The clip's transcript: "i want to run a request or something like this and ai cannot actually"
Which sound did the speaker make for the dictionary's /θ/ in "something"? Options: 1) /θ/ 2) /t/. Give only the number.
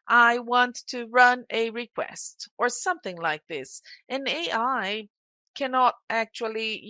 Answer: 1